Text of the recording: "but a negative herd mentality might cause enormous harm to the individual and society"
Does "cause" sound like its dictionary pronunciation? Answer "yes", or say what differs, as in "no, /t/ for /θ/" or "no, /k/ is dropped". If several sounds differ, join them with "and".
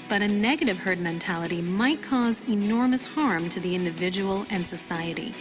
yes